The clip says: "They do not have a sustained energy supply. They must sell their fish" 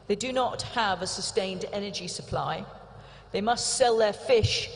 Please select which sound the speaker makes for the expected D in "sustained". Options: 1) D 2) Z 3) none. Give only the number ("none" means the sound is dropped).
1